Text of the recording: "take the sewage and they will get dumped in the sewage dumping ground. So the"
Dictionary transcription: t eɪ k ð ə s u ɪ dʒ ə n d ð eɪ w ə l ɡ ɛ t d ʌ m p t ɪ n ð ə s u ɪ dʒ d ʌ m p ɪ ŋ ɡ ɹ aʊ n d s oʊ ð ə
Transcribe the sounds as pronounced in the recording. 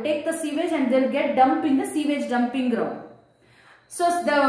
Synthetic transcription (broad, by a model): t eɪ k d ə s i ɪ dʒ ə n d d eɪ l ɡ ɛ t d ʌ m p ɪ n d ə s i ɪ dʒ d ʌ m p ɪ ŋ ɡ ɹ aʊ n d s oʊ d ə